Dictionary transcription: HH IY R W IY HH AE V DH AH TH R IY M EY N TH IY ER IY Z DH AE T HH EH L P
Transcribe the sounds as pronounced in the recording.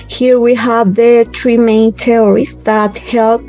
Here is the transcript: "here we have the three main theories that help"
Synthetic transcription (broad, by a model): HH IY R W IY HH AE V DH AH T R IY M EY N T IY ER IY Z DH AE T HH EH L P